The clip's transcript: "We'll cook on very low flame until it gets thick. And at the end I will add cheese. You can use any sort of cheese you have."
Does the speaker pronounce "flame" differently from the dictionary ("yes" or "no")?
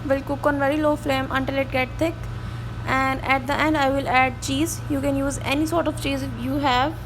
no